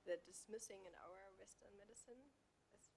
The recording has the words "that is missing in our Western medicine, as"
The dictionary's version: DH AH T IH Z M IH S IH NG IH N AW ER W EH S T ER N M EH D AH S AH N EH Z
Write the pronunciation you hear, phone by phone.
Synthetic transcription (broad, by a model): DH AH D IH S M IH S IH NG IH N AW ER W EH S T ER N M EH D AH S AH N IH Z